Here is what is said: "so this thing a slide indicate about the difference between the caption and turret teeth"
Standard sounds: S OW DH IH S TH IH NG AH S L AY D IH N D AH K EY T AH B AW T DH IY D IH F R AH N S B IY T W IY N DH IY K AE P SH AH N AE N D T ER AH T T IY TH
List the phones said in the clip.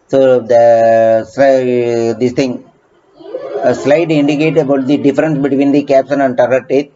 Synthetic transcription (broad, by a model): S OW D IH S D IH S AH S L AY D IH N D AH K EY T AH B AW T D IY D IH F R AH N S B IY T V IY N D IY K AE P S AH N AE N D T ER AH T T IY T